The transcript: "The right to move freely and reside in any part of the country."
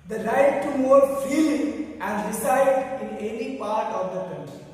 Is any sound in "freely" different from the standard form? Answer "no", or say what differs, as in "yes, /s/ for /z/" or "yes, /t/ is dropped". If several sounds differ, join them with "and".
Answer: yes, /ɹ/ is dropped